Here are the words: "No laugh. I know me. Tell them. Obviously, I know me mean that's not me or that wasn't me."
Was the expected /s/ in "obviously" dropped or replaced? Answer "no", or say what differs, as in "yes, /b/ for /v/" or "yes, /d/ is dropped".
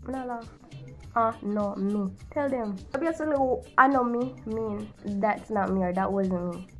yes, /s/ is dropped